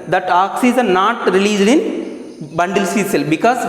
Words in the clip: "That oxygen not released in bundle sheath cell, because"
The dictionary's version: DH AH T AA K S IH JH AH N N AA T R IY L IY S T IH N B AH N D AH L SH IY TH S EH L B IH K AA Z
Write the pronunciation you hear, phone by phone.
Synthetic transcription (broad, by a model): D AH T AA K S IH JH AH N N AA T R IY L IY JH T IH N B AH N D AH L S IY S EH L B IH K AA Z